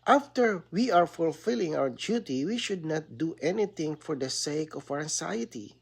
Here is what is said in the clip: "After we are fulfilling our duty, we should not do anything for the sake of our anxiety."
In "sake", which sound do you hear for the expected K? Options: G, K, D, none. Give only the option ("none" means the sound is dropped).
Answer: none